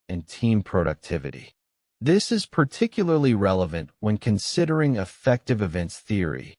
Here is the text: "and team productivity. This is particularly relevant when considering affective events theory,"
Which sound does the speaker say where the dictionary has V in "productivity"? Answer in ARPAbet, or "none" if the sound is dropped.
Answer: V